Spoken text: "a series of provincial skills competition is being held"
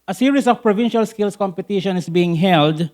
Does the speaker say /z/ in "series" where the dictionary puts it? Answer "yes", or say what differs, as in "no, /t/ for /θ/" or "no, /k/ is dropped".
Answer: no, /s/ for /z/